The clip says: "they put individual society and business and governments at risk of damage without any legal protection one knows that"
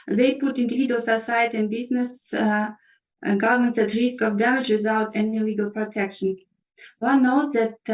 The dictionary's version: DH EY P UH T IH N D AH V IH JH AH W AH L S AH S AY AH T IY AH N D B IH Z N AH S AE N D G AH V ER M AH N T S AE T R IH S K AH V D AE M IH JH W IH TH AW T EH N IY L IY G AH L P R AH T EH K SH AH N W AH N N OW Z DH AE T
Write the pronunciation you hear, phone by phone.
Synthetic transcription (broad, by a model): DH EY P UH T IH N D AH V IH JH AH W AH L S AH S AY AH T IY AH N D B IH Z N AH S G AH V ER M AH N T S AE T R IH S K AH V D AE M IH JH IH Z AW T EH N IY L IY G AH L P R AH T EH K SH AH N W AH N N OW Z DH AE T